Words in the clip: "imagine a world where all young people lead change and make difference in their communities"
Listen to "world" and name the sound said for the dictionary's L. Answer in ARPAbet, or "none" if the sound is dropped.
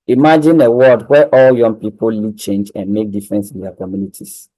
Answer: none